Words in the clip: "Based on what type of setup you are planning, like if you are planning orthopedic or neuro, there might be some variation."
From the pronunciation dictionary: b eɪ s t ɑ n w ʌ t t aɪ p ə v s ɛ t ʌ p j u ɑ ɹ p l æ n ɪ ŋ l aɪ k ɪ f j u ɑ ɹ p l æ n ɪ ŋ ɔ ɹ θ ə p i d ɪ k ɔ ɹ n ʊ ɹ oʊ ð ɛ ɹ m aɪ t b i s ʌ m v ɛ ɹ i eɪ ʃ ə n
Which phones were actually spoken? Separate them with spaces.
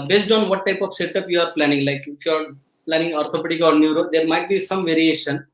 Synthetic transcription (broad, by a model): b eɪ s t ɑ n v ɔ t t aɪ p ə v s ɛ t ʌ p j u ɑ ɹ p l æ n ɪ ŋ l aɪ k ɪ f j u ɑ ɹ p l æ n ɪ ŋ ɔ ɹ t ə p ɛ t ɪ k ɔ ɹ n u ɹ oʊ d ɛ ɹ m aɪ t b i s ʌ m v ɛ ɹ i eɪ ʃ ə n